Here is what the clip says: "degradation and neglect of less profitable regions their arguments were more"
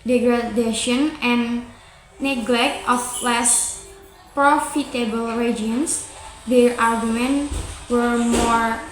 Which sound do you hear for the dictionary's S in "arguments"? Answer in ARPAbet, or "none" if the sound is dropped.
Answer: none